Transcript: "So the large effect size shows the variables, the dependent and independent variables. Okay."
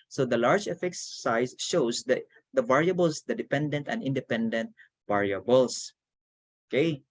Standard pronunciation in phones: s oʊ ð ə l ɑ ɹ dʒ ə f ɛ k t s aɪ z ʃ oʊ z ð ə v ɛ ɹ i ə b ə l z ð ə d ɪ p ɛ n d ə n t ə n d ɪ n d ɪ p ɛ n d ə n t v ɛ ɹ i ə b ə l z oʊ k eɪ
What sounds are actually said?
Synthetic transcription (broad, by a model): s oʊ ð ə l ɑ ɹ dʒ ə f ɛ k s aɪ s ʃ oʊ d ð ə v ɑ ɹ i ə b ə l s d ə d ɪ p ɛ n d ə n t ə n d ɪ n d ɪ p ɛ n d ə n t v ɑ ɹ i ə b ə l s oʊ k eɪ